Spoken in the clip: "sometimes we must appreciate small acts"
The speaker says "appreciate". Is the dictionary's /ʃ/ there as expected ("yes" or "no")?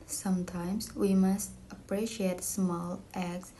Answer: yes